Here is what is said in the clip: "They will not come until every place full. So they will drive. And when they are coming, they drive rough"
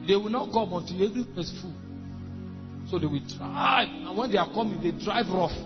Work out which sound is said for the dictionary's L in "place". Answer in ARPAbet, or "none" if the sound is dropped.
none